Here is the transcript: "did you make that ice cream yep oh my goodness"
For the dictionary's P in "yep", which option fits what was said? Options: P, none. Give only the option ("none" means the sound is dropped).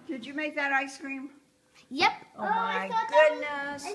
P